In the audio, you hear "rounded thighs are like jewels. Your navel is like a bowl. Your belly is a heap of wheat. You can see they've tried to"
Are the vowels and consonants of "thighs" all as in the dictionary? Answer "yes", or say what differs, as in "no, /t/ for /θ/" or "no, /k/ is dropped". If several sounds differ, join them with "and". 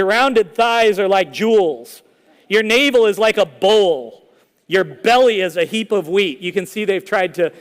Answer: yes